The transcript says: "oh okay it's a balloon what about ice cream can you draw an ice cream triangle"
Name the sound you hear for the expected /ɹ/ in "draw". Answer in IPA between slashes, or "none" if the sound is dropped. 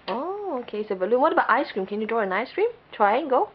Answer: /ɹ/